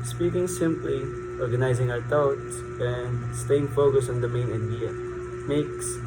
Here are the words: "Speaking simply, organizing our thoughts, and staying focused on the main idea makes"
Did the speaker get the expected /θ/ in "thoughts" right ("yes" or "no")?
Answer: no